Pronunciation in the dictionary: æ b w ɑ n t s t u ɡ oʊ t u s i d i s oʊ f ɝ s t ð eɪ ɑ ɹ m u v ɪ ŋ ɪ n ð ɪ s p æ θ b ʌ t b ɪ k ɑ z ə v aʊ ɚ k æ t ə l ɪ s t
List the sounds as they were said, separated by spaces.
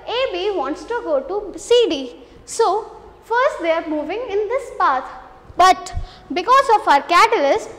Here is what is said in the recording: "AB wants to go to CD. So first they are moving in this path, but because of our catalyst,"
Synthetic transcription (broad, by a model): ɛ b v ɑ n t s t u ɡ oʊ t u s i d i s oʊ f ɝ s t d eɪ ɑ ɹ m u v ɪ ŋ ɪ n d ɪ s p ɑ t b ʌ t b ɪ k ɑ z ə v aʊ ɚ k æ t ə l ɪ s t